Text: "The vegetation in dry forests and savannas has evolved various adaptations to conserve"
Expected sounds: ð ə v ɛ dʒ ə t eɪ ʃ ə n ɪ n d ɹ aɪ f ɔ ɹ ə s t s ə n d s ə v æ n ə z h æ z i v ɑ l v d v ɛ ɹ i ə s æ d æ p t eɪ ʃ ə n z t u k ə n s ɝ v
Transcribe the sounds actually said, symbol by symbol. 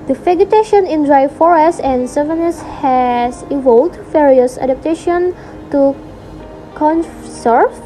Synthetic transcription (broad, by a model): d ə f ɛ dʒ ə t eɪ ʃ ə n ɪ n d ɹ aɪ f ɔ ɹ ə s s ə n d s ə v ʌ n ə s h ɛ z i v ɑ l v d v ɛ ɹ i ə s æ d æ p t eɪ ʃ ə n t u k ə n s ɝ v